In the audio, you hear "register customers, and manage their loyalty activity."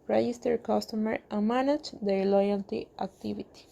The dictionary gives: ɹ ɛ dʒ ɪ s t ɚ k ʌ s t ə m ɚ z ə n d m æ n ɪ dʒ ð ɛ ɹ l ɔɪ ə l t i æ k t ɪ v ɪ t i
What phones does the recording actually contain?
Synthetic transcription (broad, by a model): ɹ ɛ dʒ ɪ s t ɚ k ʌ s t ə m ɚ ə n m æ n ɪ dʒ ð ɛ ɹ l ɔɪ ə l t i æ k t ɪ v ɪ t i